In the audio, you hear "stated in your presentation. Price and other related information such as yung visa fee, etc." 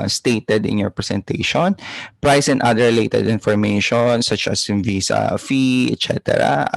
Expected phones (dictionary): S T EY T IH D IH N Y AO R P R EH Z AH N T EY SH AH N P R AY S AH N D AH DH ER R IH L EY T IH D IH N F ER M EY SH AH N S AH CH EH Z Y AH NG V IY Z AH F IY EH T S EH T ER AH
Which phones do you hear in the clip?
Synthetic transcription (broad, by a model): S T EY T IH D IH N Y AO R P R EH S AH N T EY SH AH N P R AY S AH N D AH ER R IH L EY T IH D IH N F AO M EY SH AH N S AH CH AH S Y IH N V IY S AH F IY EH T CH EH T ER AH